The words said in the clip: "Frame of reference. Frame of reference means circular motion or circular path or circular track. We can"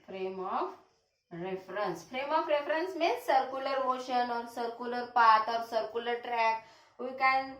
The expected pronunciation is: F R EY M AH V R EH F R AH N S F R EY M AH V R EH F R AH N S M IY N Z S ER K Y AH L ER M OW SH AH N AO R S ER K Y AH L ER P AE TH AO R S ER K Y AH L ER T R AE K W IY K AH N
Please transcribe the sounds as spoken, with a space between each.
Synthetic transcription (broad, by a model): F R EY M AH F R EH F R AH N S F R EY M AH F R EH F R AH N S M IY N S ER K Y AH L ER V OW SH AH N AO R S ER K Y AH L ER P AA T AO R S ER K Y AH L ER T R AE K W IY K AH N